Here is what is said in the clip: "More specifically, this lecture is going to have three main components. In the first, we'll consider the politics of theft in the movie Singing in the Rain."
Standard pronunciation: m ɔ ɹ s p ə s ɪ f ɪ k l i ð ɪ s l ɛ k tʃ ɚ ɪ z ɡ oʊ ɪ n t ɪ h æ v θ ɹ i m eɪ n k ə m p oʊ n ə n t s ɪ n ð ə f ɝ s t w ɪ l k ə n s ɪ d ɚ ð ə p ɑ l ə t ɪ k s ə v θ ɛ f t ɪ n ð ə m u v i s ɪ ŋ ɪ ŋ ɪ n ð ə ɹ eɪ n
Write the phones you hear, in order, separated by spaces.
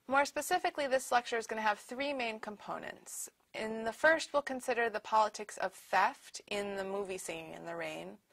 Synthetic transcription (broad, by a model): m ɔ ɹ s p ə s ɪ f ɪ k l i ð ɪ s l ɛ k tʃ ɚ ɪ z ɡ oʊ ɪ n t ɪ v θ ɹ i m eɪ n k ə m p oʊ n ə n t s ɪ n ð ə f ɝ s t w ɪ l k ə n s ɪ d ɚ ð ə p ɑ l ə t ɪ k s ə v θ ɛ f t ɪ n ð ə m u v i s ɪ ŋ ɪ n ð ə ɹ eɪ n